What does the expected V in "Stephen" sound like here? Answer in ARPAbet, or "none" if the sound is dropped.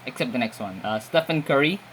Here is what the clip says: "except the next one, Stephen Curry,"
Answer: F